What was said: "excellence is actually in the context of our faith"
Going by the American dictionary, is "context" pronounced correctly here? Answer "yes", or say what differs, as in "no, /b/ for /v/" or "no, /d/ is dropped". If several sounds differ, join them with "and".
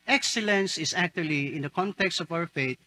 yes